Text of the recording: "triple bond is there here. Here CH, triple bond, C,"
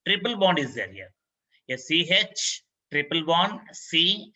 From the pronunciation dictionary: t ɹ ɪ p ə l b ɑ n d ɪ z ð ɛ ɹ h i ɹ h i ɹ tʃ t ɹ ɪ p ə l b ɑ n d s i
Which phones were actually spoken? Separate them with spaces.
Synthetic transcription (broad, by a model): t ɹ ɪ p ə l b ɑ n d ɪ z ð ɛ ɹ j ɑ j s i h tʃ t ɹ ɪ p ə l b ɑ n d s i